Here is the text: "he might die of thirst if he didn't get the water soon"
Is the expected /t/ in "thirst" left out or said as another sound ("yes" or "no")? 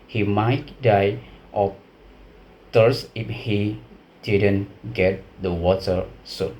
yes